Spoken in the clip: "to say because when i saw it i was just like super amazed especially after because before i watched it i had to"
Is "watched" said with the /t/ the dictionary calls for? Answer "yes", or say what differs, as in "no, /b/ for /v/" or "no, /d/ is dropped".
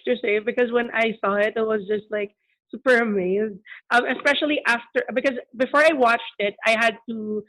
yes